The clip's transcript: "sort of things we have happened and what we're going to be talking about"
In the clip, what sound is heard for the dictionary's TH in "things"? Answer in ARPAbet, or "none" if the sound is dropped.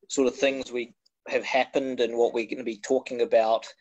TH